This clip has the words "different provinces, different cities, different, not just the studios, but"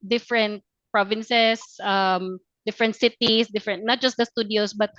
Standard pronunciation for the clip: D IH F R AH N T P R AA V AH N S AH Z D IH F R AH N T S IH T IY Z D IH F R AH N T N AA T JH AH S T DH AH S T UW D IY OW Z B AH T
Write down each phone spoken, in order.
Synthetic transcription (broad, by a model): D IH F R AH N T P R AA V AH N S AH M D IH F R AH N T S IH T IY S D IH F R AH N T N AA T JH AH S T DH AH S T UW D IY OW S B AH T